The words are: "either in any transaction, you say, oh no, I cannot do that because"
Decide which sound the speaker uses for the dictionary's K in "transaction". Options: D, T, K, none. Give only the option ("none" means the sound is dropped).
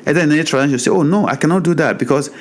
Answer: none